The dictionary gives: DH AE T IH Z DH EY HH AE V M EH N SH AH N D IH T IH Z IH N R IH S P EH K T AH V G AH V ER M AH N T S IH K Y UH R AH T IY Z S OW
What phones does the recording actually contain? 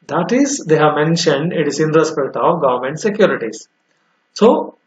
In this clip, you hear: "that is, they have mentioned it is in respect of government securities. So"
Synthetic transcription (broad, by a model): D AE T IH Z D EY HH AE V M EH N SH AH N D IH T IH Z IH N R IH S P EH K T AH V G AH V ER M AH N T S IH K Y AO R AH T IY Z S OW